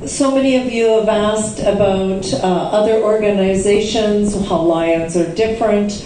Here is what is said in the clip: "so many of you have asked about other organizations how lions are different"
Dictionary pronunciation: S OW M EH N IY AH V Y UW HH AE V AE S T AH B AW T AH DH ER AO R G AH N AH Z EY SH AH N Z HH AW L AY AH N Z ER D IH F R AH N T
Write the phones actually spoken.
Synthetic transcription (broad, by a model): S OW M EH N IY AH V Y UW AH V AE S T AH B AW T AH DH ER AO R G AH N AH Z EY SH AH N Z HH AW L AY AH N Z ER D IH F R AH N T